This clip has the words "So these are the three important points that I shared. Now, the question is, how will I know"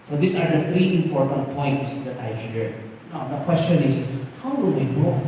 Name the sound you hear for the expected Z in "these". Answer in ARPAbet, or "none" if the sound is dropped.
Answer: S